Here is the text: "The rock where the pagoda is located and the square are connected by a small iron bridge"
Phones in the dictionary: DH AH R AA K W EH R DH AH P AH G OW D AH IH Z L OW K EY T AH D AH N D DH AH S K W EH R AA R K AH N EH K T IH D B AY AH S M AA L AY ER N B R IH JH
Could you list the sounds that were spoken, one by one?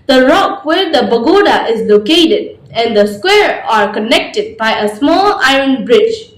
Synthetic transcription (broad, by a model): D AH R AA K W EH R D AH B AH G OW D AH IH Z L OW K EY T AH D AH N D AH S K W EH R AA R K AH N EH K T IH D B AY AH S M AA L AY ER N B R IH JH